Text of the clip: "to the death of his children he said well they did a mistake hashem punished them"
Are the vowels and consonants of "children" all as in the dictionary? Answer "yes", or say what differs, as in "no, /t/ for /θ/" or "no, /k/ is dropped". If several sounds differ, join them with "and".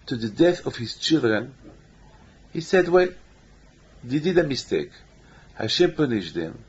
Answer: yes